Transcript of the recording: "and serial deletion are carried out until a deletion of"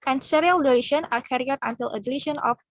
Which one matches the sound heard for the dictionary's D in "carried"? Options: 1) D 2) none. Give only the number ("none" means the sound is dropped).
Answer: 2